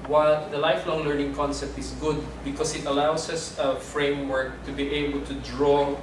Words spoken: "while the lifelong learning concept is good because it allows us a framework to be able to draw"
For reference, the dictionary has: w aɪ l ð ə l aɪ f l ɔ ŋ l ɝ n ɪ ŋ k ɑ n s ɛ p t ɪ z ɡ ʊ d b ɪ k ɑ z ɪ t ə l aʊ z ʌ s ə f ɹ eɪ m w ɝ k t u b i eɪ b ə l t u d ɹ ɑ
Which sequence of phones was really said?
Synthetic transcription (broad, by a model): w aɪ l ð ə l aɪ f l ɔ ŋ l ɝ n ɪ ŋ k ɑ n s ɛ p t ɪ s ɡ ʊ d b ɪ k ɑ s ɪ t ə l aʊ s ʌ s ə f ɹ eɪ m w ɝ k t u b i eɪ b ə l t u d ɹ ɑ